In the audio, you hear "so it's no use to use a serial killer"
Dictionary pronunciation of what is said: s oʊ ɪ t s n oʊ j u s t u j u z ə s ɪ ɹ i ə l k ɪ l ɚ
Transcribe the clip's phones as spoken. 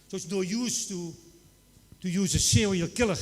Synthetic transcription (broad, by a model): s oʊ ɪ t s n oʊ j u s t u j u z ə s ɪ w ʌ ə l k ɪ l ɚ